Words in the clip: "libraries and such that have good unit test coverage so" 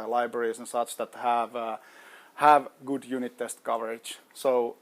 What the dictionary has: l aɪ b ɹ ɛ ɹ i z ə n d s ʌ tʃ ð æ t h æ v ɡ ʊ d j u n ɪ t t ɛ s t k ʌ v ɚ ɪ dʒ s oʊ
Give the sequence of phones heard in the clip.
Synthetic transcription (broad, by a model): l aɪ b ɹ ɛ ɹ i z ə n s ʌ tʃ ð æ t h æ v ɡ ʊ d j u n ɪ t t ɛ s t k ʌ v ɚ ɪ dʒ s oʊ